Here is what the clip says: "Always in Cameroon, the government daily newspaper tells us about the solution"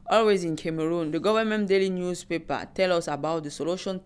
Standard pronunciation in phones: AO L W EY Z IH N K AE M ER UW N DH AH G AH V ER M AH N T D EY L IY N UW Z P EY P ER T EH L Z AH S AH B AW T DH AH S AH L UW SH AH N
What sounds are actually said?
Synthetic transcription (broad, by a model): AO L W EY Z IH N K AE M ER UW N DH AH G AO V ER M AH N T D EY L IY N UW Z P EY P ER T EH L AH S AH B AW T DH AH S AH L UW SH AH N